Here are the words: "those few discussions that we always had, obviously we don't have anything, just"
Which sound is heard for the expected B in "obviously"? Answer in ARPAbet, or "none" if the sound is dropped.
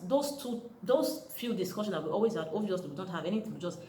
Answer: none